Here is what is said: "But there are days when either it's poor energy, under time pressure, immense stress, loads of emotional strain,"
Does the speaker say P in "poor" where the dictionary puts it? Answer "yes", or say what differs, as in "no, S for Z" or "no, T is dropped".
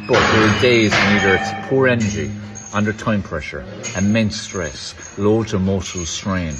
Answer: yes